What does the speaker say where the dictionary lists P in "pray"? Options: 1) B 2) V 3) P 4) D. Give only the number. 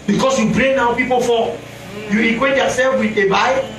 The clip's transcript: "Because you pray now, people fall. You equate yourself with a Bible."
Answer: 1